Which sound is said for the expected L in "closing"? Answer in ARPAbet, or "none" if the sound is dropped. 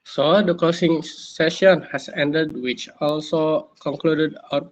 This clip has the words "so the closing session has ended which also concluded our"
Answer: none